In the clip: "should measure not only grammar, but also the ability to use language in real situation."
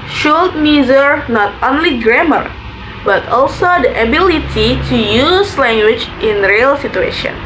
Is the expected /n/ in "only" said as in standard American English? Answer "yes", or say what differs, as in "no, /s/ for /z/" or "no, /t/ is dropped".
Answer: yes